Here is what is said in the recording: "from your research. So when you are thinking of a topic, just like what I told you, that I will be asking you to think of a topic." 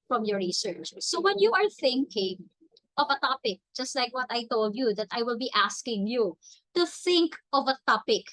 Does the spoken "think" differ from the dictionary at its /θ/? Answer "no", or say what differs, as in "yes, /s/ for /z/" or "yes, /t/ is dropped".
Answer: no